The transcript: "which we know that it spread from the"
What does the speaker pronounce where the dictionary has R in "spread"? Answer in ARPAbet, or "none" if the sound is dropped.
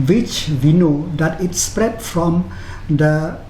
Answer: R